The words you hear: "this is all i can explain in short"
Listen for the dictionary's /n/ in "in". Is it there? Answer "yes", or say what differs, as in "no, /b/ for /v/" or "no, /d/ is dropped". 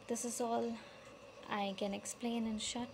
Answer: yes